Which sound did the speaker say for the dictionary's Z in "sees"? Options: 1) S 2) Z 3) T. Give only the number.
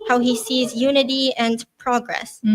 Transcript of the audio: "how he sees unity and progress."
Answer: 2